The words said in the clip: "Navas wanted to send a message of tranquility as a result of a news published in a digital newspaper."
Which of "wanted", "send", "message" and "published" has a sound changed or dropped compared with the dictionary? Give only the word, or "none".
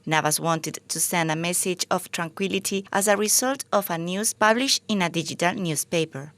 published